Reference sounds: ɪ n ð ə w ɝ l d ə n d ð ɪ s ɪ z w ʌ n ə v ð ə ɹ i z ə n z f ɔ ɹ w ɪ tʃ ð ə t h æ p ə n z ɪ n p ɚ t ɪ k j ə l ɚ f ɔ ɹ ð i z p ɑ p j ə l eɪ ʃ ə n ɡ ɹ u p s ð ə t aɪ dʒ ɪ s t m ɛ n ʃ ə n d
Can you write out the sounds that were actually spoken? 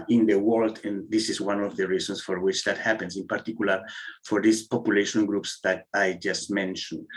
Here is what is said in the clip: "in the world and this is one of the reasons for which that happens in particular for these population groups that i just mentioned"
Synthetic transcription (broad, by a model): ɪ n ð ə w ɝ l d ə n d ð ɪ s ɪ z w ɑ n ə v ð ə ɹ i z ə n s f ɔ ɹ w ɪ tʃ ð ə t h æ p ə n s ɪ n p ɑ t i k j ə l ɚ f ɔ ɹ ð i s p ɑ p j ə l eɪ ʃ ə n ɡ ɹ u p s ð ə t aɪ dʒ ɪ s t m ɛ n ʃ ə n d